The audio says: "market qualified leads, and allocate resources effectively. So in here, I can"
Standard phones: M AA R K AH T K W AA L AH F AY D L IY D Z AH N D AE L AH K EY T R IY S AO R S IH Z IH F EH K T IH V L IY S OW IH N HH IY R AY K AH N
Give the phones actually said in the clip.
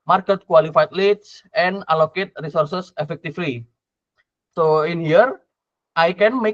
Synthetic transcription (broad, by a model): M AA R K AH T K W AA L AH F AY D L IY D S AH N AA L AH K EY T R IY S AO R S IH S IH F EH K T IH F L IY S OW IH N HH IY R AY K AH N